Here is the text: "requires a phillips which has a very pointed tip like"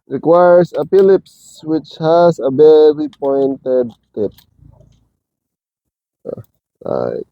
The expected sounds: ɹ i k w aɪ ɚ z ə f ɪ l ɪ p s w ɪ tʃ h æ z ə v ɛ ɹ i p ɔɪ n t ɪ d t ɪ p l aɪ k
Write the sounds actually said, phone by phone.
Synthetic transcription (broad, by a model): ɹ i k w aɪ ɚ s ə p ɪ l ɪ p s w ɪ tʃ h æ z ə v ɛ ɹ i p ɔɪ n t ɪ d t ɪ p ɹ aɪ